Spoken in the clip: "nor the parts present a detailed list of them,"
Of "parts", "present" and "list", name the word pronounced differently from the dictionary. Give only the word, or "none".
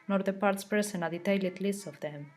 present